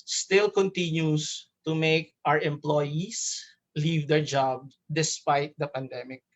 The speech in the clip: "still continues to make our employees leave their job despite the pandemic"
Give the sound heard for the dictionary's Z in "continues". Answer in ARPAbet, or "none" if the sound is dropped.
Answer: S